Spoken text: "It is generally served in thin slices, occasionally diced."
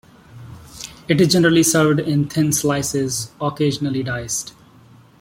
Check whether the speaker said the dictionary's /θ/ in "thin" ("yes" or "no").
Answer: no